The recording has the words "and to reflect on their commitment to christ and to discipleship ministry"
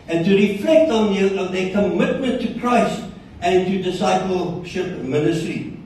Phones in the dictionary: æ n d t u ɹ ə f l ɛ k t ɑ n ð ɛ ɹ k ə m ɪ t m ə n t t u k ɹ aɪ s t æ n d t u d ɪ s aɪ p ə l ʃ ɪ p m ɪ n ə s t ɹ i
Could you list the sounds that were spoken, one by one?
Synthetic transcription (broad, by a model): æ n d t u ɹ ə f l ɛ k t ɑ n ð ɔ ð k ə m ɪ t m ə n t t u k ɹ aɪ s t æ n t u d ɪ s aɪ p ə l ʃ ɪ p m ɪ n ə s t ɹ i